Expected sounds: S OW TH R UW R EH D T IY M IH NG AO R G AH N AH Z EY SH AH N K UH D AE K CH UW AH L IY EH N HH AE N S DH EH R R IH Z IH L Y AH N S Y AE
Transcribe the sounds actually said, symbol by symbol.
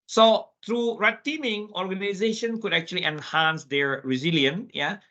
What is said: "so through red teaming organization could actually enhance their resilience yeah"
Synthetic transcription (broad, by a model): S OW T R UW R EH T IY M IH NG AO R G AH N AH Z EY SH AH N K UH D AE K CH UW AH L IY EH N HH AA N S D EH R R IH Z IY L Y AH N Y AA